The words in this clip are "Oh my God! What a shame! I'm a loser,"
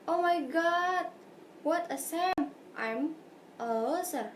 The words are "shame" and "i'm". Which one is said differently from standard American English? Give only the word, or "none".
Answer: shame